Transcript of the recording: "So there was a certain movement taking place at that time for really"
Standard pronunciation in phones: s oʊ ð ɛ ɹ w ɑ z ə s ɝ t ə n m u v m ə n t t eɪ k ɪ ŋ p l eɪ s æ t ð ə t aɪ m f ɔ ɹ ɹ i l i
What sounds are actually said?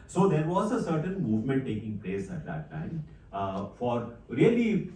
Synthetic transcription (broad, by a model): s oʊ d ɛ ɹ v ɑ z ə s ɝ t ə n m u v m ə n t t eɪ k ɪ ŋ p l eɪ s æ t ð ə t aɪ m f ɔ ɹ ɹ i l i